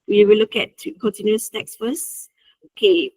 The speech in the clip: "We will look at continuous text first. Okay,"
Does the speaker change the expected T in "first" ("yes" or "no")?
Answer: yes